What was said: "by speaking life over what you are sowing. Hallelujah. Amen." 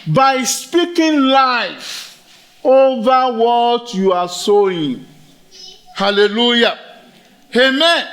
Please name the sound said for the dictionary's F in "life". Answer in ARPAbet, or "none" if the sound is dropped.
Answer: F